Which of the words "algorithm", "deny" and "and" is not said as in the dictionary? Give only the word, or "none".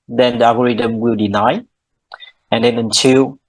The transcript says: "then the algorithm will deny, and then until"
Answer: algorithm